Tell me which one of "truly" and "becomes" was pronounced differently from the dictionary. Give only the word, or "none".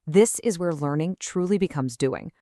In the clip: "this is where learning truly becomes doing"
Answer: none